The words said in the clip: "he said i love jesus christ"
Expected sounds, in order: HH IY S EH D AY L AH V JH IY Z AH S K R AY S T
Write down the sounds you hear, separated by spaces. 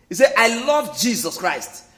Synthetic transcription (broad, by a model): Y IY S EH AY L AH V JH IY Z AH S K R AY S T